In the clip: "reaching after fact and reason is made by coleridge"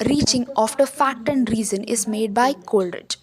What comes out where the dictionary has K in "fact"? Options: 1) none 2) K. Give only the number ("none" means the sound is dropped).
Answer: 1